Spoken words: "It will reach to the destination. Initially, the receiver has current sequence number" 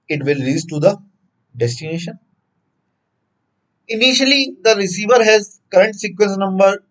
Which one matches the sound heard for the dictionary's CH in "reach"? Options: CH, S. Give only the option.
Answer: S